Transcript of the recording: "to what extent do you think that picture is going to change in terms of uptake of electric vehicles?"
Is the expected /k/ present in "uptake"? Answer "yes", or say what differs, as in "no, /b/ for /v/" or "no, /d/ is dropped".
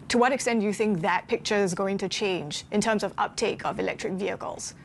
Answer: yes